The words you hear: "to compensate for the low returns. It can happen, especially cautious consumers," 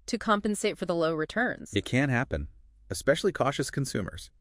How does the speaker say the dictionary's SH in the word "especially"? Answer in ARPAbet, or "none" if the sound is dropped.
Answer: SH